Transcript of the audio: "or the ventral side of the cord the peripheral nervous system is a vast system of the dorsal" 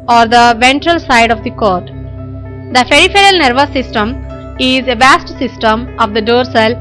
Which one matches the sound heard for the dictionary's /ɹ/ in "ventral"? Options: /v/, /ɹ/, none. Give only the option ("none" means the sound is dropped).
/ɹ/